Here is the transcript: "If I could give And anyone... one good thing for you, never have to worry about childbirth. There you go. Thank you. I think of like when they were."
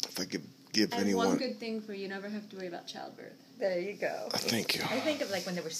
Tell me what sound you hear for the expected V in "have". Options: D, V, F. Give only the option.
F